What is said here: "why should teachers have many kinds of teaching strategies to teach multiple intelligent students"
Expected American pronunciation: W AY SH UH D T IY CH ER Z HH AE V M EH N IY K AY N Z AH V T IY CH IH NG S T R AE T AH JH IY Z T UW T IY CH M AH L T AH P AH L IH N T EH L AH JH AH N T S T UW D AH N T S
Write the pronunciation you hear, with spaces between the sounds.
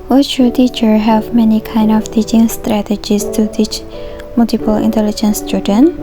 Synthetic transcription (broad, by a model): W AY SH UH T IY CH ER HH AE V M EH N IY K AY N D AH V T IY CH IH NG S T R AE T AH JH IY S T UW T IY CH M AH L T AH P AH L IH N T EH L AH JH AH N S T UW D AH N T